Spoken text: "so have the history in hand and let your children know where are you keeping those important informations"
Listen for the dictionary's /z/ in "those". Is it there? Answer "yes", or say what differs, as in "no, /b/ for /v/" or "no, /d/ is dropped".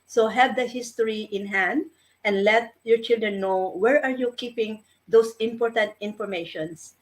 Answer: no, /s/ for /z/